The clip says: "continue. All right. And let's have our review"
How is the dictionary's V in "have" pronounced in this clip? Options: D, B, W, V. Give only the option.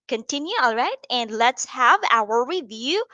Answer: V